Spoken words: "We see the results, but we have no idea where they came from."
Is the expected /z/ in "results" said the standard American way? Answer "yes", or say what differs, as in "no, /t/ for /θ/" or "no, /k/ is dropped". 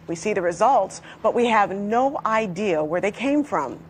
yes